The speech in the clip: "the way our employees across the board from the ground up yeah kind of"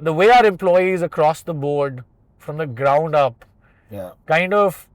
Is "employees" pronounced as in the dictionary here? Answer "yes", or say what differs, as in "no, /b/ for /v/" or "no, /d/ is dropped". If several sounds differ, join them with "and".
yes